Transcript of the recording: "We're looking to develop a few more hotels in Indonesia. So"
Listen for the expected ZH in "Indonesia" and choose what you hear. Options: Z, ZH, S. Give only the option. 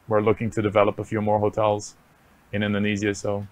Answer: Z